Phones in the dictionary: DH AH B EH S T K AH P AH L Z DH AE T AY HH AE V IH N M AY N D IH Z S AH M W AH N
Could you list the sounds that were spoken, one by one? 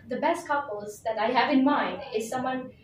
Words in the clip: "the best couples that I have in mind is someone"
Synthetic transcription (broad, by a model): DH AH B EH S T K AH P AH L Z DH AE T AY HH AE V IH N M AY N D IH Z S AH M W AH N